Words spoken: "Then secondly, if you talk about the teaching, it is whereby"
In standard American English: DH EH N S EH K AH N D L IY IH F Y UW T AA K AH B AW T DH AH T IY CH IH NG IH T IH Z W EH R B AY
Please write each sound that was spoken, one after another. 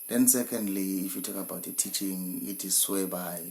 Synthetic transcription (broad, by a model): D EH N S EH K AH N D L IY F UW T AA K AH B AW T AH T IY CH IH NG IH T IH S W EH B AY